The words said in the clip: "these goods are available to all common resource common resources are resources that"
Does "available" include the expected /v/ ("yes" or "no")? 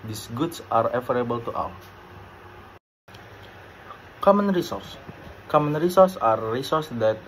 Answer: no